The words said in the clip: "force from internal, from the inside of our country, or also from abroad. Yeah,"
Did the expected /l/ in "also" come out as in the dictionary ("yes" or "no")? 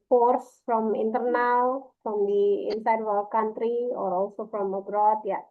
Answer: yes